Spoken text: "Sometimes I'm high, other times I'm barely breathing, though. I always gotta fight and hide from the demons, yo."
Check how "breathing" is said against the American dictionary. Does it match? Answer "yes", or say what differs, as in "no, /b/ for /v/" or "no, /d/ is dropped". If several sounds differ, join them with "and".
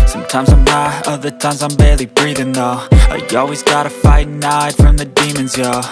yes